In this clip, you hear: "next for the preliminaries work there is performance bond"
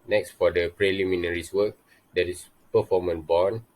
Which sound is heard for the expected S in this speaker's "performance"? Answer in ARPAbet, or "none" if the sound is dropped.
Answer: none